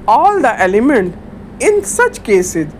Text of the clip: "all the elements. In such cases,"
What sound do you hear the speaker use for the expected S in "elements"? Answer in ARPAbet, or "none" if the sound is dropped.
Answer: none